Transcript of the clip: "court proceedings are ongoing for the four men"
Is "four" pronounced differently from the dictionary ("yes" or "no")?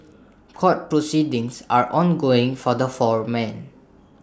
no